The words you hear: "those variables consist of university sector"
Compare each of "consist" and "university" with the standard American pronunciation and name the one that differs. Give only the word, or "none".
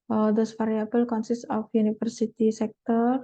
university